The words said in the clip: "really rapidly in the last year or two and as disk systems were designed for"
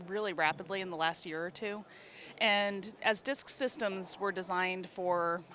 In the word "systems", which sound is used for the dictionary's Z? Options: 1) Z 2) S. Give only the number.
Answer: 1